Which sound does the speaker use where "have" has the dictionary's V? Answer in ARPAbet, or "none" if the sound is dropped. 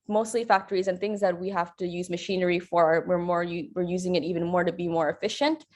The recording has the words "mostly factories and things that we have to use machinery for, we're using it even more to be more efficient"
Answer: F